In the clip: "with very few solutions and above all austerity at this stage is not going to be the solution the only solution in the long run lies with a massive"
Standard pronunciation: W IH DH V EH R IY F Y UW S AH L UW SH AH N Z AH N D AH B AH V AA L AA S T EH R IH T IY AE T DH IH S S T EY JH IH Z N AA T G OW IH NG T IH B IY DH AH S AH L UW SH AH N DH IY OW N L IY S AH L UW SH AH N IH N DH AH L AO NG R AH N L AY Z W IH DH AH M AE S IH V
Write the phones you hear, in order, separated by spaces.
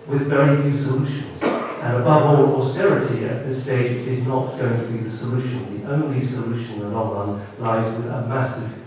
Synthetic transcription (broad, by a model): W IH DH V EH R IY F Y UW S AH L UW SH AH N Z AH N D AH B AH V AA L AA S T EH R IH T IY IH T DH IH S S T EY JH IH Z N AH T G OW IH NG T IH B IY DH AH S AH L UW SH AH N DH IY OW N L IY S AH L UW SH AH IH N DH AH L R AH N L AY Z W IH DH AH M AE S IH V